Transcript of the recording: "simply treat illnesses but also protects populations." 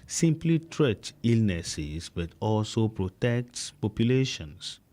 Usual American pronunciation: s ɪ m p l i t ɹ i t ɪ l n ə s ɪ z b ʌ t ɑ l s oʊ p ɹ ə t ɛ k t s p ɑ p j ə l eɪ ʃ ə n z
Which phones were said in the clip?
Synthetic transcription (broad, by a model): s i m p l i t ɹ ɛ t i l n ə s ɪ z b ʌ t ɑ l s oʊ p ɹ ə t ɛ k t p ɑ p j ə l eɪ ʃ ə n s